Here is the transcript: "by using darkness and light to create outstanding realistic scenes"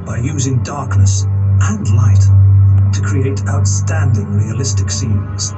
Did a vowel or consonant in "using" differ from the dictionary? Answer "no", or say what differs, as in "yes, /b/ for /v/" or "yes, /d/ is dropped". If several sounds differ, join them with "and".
no